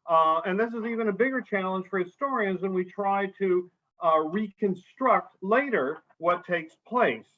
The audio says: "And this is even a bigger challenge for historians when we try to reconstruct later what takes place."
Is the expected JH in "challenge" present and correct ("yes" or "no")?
no